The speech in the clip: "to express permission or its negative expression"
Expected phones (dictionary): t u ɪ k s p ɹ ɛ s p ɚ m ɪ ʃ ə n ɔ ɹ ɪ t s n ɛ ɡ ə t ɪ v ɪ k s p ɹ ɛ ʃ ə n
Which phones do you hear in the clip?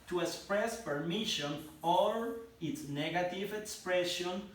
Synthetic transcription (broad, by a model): t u ɪ k s p ɹ ɛ s p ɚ m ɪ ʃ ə n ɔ l ɪ t s n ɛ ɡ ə t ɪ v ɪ k s p ɹ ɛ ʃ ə n